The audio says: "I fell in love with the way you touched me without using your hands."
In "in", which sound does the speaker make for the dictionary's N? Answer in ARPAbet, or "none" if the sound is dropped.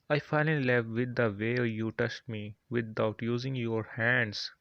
L